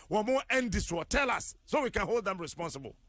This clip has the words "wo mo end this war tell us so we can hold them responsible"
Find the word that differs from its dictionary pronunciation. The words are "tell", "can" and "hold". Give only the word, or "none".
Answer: none